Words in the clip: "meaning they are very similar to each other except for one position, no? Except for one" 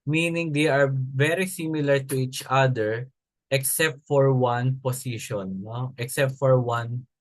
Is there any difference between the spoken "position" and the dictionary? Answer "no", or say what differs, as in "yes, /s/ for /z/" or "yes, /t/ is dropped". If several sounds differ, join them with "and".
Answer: yes, /s/ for /z/